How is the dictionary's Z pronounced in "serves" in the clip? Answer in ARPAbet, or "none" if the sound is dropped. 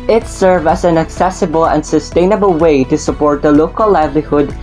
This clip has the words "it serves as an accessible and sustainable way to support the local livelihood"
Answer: none